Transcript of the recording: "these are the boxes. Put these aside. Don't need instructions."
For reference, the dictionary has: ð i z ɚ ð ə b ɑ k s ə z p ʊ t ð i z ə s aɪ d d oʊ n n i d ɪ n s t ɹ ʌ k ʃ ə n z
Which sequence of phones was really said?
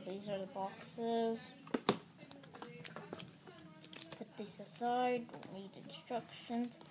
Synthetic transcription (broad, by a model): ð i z ɚ ð ə b ɑ k s ə z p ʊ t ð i s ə s aɪ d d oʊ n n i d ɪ n s t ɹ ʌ k ʃ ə n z